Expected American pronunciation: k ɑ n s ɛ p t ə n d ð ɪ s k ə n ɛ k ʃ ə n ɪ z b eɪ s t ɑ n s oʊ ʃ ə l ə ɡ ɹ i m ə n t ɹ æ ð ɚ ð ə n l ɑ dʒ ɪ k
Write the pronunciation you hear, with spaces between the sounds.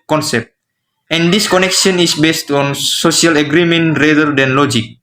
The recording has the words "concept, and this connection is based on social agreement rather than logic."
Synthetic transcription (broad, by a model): k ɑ n s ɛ p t ə n d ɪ s k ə n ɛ k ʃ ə n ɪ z b eɪ s t ɑ n s oʊ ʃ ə l ə ɡ ɹ i m ə n t ɹ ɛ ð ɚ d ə n l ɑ dʒ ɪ k